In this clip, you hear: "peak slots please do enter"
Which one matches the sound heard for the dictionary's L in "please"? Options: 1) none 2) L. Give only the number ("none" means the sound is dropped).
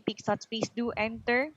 1